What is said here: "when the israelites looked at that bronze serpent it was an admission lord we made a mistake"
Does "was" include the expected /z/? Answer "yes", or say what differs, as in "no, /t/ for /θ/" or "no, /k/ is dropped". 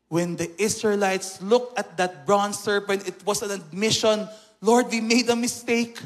no, /s/ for /z/